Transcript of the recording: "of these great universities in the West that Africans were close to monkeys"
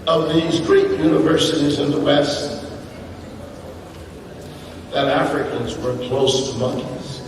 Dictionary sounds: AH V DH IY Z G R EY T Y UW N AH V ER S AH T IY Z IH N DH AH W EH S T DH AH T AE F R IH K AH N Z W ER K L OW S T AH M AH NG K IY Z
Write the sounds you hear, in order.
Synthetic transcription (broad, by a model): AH V DH IY Z G R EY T Y UW N AH V ER S AH T IY Z IH N DH AH W EH S T DH AH T AE F R IH K AH N Z W ER K L OW S T AH M AH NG K IY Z